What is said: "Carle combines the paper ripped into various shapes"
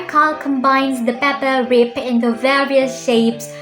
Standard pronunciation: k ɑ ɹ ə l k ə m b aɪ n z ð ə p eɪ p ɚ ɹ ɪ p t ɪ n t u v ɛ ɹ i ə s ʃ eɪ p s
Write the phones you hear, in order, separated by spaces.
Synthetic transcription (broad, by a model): k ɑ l k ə m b aɪ n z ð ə p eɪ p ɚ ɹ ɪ p ɪ n t u v ɛ ɹ i ə s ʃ eɪ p s